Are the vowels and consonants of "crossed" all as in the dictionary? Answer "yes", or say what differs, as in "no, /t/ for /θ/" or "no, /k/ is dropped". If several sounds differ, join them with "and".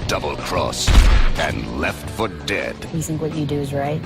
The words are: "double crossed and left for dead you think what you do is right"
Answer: no, /t/ is dropped